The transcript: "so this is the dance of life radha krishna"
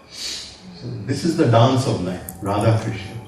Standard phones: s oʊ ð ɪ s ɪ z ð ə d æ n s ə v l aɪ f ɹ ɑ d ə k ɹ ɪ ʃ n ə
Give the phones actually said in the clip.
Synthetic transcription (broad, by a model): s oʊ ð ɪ s ɪ z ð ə d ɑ n s ə v n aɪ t ɹ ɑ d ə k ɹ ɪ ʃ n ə